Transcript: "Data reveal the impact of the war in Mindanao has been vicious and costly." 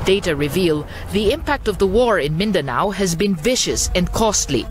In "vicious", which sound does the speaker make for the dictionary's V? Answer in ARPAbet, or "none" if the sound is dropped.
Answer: V